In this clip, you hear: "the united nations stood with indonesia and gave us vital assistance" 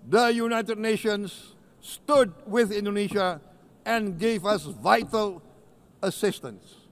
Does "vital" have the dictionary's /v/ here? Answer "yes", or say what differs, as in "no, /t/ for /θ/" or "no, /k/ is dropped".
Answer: yes